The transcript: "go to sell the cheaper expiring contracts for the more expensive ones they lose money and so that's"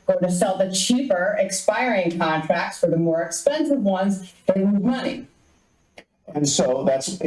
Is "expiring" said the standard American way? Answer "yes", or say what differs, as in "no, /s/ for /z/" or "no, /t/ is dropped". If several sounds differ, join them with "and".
yes